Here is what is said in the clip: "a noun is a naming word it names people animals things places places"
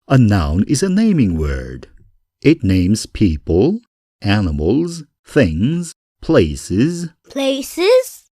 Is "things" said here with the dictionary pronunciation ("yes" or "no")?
yes